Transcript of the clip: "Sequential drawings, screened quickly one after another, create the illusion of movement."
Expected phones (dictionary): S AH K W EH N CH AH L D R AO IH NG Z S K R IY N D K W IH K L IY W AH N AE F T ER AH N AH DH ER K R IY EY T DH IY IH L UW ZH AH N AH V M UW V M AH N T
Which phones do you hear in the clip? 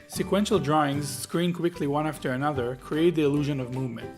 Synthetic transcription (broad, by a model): S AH K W EH N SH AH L D R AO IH NG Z S K R IY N K W IH K L IY W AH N AE F T ER AH N AH DH ER K R IY EY T DH IY IH L UW ZH AH N AH V M UW V M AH N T